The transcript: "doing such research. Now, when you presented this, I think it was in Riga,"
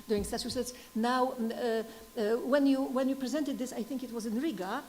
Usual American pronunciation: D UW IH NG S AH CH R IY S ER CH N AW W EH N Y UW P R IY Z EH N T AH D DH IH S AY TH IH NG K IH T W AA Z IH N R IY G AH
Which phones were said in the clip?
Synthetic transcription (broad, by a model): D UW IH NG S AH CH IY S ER S N AW W EH N Y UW P R IY Z EH N T AH D DH IH S AY TH IH NG K IH T W AA Z IH N R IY G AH